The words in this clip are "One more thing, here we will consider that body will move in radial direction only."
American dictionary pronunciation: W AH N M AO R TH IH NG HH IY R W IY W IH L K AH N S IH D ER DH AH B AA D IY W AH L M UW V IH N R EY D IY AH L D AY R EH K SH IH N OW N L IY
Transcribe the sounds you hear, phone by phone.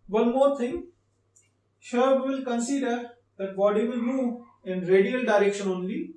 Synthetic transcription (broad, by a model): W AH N M AO R T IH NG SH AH R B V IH L K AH N S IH D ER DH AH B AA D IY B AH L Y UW IH N R EY D IY AH L D AY R EH K SH IH N OW N L IY